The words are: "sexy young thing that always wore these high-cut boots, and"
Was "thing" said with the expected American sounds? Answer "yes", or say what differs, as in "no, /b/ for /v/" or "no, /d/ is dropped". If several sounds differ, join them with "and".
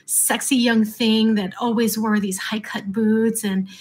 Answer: yes